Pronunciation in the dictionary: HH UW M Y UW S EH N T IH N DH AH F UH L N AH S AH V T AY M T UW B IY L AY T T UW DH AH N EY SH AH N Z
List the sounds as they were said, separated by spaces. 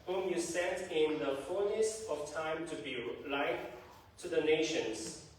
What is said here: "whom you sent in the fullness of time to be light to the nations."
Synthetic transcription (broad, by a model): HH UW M Y UW S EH T IH N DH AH F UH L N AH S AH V T AY M T UW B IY L AY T T UW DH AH N EY SH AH N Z